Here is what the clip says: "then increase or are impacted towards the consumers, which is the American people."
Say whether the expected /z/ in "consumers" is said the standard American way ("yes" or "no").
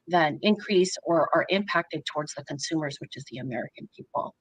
yes